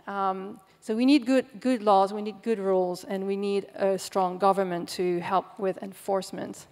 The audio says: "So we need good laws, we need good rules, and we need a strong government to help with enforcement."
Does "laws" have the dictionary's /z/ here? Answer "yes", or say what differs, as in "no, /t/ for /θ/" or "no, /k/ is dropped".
yes